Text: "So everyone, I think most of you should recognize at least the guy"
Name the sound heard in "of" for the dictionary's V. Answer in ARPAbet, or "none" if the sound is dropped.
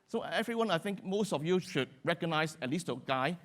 F